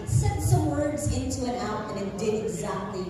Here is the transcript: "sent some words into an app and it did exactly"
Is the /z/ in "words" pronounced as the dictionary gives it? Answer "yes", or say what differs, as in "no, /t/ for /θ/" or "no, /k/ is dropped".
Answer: yes